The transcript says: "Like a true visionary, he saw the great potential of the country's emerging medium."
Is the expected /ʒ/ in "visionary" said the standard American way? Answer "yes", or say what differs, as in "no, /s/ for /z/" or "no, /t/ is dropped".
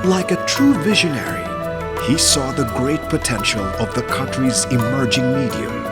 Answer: yes